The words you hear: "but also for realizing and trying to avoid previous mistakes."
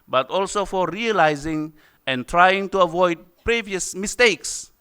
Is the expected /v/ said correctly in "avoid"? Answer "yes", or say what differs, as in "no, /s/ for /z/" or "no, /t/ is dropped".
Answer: yes